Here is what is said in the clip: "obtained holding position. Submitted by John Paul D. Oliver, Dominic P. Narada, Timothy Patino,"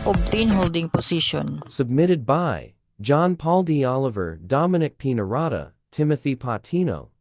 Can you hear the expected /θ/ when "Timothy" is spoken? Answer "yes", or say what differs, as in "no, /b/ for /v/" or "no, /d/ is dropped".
yes